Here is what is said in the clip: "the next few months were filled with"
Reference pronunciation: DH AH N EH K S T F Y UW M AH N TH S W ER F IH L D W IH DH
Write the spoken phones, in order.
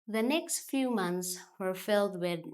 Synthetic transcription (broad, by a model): DH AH N EH K S T F Y UW M AH N TH S W ER F IH L D W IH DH